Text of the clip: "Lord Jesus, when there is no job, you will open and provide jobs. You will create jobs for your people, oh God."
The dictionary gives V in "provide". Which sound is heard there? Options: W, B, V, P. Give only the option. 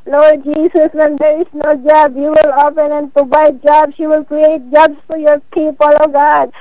B